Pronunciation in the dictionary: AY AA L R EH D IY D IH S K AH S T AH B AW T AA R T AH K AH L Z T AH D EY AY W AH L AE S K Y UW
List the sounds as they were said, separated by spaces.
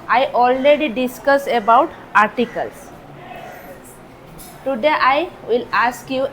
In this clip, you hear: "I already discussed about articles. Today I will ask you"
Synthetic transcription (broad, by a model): AY AA L R EH D IY D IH S K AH S AH B AW T AA R T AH K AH L S T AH D EY AY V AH L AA S K Y UW